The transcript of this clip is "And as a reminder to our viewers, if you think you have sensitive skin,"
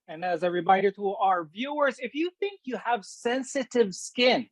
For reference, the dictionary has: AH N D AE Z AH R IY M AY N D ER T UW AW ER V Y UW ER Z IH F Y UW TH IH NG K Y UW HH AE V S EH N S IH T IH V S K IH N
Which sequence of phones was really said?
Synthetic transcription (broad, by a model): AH N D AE Z AH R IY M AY D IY T UW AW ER V Y UW ER Z IH F Y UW TH IH NG K Y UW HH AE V S EH N S IH T IH V S K IH N